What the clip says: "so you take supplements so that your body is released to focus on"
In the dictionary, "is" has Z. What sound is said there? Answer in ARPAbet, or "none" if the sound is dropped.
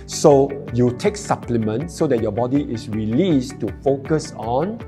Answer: S